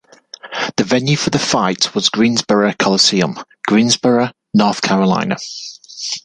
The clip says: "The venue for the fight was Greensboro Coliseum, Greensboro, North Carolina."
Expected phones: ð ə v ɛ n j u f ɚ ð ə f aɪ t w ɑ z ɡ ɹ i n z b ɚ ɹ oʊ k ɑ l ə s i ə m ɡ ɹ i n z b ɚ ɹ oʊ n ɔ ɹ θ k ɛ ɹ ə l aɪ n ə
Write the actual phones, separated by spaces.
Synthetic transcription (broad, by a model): ð ə v ɛ n j u f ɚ ð ə f aɪ t w ɑ z ɡ ɹ i n z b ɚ ɹ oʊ k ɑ l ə s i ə m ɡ ɹ i n z b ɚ ɹ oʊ n ɔ θ k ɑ ɹ ə l aɪ n ə